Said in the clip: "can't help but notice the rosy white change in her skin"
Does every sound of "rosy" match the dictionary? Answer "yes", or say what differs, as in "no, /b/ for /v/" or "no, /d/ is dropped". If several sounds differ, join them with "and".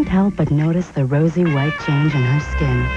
yes